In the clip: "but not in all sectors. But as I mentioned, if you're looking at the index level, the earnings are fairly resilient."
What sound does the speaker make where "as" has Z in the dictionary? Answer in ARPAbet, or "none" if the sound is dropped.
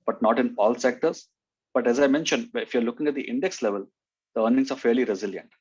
Z